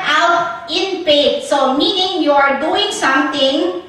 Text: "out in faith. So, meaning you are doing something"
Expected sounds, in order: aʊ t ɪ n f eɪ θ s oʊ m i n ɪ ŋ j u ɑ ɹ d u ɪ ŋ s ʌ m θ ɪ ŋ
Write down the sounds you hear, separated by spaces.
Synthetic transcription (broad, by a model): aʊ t ɪ n p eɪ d s oʊ m i n ɪ ŋ j u ɑ ɹ d u ɪ ŋ s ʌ m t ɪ ŋ